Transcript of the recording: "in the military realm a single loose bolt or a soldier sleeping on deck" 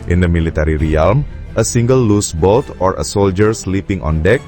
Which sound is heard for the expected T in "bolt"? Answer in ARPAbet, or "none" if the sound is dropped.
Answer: T